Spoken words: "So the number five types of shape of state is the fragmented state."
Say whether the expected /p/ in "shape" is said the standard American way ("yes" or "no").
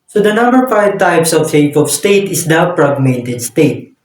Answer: no